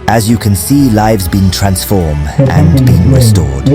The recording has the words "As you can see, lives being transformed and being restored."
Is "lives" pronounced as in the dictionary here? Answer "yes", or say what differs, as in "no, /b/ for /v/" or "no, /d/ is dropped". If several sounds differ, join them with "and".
yes